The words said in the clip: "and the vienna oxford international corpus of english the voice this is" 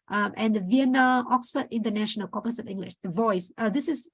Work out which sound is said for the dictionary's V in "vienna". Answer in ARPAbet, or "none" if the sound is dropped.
V